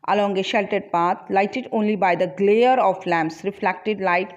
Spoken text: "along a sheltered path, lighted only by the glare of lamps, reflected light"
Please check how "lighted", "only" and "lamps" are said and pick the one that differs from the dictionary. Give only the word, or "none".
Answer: none